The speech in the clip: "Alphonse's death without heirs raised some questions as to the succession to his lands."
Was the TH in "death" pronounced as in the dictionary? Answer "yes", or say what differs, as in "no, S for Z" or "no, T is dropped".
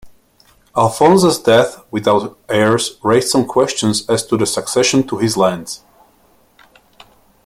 yes